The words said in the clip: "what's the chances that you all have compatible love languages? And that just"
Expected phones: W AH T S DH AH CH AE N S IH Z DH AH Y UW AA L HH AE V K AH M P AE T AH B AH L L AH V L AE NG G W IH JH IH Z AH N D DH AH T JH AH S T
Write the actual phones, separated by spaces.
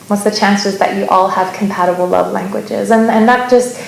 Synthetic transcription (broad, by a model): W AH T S DH AH CH AE N S IH Z DH AH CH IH AA L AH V K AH M P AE T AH B L L AH V L AE NG G W IH JH IH Z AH N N DH AH T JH AH S T